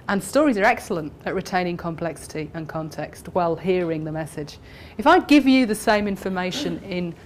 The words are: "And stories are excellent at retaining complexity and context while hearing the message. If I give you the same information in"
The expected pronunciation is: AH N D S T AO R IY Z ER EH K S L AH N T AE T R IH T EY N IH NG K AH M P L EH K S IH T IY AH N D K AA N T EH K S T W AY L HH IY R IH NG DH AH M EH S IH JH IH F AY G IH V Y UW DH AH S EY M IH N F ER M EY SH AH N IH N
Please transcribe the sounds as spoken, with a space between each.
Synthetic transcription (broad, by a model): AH N S T AO R IY Z ER EH K S L AH N T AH T R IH T EY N IH NG K AH M P L EH K S IH T IY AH N K AA N T EH K S T W AY L HH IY R IH NG DH AH M EH S IH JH IH F AY G IH V Y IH DH AH S EY M IH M F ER M EY SH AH N IH N